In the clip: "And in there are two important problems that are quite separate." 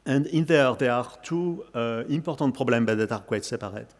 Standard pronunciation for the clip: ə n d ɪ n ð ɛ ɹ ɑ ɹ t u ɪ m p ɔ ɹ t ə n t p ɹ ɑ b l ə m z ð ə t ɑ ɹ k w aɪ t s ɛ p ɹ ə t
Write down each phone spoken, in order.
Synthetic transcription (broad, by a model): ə n d ɪ n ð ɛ ɹ ɑ ɹ t u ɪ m p ɔ ɹ t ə t p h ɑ b l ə m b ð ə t ɑ ɹ k w aɪ t s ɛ p ɹ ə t